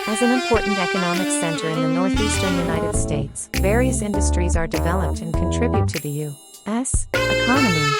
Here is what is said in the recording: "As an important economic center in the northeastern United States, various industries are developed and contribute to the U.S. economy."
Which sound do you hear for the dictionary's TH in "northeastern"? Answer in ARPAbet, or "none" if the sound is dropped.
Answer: TH